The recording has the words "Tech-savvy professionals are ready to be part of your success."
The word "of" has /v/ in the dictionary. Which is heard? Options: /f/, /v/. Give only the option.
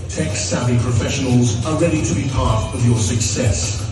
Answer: /v/